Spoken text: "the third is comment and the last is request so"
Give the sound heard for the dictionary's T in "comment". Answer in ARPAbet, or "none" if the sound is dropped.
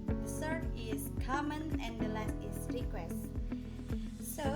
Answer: none